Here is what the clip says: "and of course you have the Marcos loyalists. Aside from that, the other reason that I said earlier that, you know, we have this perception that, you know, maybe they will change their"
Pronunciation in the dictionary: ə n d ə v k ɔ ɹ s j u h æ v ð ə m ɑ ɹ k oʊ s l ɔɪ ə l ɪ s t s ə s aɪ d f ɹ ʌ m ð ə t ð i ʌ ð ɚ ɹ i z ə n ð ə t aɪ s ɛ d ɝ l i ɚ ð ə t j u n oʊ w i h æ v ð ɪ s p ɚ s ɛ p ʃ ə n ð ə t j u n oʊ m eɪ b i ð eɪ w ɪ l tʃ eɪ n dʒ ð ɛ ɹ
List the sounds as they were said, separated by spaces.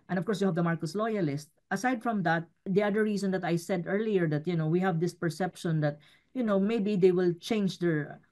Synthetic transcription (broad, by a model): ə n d ə v k ɔ ɹ s j u h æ v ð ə m ɑ ɹ k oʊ s l ɔɪ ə l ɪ s t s ə s aɪ d f ɹ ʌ m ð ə t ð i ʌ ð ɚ ɹ i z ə n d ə t aɪ s ɛ d ɝ l i ɚ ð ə t j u n oʊ w i h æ v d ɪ s p ɚ s ɛ p ʃ ə n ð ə t j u n oʊ m eɪ b i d eɪ w ɪ l tʃ eɪ n dʒ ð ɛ ɹ